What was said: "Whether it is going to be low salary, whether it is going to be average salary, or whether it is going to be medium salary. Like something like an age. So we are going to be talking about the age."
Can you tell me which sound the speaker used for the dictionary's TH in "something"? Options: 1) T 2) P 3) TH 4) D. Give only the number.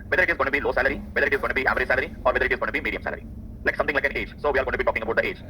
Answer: 1